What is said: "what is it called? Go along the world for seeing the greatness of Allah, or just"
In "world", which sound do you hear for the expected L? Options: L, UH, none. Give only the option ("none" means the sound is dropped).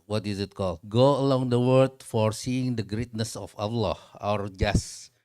none